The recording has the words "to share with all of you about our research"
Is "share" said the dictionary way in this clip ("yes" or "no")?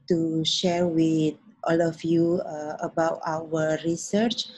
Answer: yes